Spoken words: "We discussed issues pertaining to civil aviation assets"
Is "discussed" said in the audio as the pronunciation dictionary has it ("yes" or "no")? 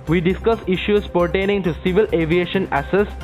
no